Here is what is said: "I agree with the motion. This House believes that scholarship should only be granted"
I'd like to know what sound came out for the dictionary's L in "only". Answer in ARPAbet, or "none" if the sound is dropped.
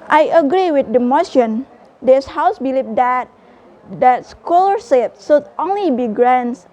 L